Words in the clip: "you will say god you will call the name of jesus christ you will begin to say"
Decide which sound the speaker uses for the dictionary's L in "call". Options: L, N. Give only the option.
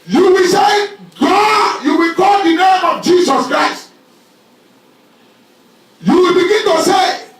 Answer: N